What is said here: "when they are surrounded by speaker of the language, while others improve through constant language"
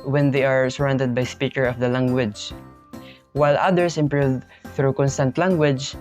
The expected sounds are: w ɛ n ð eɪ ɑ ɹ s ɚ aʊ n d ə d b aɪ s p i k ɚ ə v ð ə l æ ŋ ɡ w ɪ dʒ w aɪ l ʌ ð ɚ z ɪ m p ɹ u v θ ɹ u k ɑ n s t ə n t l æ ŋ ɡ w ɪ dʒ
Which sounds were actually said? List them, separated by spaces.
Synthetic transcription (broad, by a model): w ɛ n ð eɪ ɑ ɹ s ɚ aʊ n d ə d b aɪ s p i k ɚ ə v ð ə l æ ŋ ɡ w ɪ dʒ w aɪ l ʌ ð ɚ s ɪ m p ɹ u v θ ɹ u k ɑ n s t ə n t l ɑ ŋ ɡ w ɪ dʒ